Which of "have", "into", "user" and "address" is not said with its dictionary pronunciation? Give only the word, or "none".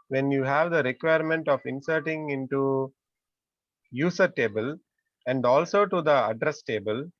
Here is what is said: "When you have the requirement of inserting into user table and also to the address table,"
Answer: user